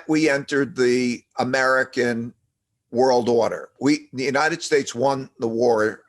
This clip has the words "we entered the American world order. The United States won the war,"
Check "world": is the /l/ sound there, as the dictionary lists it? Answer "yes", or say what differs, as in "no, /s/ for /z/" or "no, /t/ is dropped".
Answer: yes